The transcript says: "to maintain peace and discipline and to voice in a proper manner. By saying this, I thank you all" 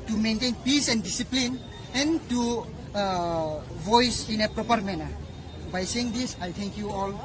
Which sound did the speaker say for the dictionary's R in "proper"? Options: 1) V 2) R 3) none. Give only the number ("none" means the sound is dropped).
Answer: 2